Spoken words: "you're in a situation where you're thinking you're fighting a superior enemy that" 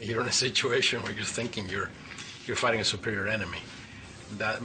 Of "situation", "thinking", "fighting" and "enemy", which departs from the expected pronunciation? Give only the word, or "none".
none